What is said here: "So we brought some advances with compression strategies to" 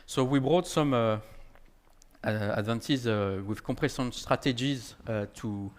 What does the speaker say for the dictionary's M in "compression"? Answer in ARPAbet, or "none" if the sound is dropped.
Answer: none